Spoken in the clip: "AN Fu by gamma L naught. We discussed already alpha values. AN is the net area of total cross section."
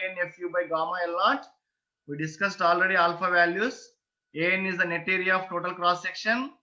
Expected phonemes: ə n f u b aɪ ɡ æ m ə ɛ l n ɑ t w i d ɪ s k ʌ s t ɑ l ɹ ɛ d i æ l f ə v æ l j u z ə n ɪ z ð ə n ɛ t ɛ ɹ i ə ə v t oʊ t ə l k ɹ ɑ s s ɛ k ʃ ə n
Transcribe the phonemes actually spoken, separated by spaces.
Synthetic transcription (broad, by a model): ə n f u b aɪ ɡ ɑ m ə ɛ l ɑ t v i d ɪ s k ʌ s t ɑ l ɹ ɛ d i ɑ l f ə v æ l j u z ə n ɪ z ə n ɛ t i ɹ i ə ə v t oʊ t ə l k ɹ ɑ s s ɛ k ʃ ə n